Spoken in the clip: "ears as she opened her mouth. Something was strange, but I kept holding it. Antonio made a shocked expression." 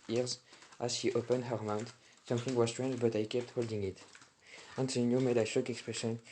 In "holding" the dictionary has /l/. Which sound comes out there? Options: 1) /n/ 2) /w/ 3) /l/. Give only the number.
3